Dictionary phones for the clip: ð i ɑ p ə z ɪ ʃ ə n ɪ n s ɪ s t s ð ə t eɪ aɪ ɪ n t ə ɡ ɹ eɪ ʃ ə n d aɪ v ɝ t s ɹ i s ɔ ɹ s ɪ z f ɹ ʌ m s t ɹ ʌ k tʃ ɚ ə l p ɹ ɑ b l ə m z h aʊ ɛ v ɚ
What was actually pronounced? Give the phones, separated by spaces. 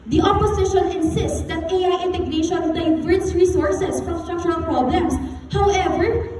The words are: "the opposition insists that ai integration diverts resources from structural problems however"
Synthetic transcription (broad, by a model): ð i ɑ p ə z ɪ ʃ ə n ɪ n s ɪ s t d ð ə t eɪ aɪ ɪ n t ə ɡ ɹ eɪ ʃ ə n d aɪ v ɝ s ɹ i s ɔ ɹ s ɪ s f ɹ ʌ m s t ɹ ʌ k tʃ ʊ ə l p ɹ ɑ b l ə m s h aʊ ɛ v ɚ